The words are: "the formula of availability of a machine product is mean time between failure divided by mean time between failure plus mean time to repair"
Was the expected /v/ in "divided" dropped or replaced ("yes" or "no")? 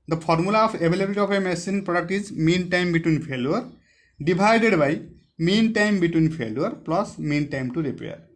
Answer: yes